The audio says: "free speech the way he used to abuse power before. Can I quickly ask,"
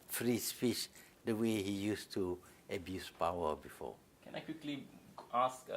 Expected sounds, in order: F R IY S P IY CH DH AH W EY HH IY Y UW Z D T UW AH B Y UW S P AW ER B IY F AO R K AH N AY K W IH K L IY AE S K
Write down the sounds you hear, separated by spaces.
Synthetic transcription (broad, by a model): F R IY S F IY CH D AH W EY HH IY Y UW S T UW AH B Y UW S P AW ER B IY F AO K AH N AY K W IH K L IY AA S K